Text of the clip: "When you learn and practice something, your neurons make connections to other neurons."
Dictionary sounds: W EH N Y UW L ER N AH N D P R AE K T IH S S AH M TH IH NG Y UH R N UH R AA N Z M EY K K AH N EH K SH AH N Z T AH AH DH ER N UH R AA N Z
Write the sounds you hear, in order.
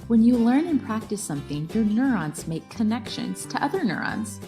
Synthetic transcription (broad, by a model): W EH N Y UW L ER N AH N P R AE K T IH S S AH M TH IH NG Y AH R N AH R AA N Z M EY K K AH N EH K SH AH N Z T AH AH DH ER N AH R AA N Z